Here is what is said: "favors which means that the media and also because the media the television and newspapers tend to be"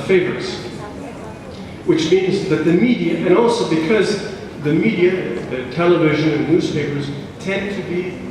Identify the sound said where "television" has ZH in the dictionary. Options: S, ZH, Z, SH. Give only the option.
ZH